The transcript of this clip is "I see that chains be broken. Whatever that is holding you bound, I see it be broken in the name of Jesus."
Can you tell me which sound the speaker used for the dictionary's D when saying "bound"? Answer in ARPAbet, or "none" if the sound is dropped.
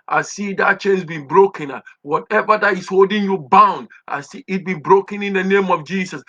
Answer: D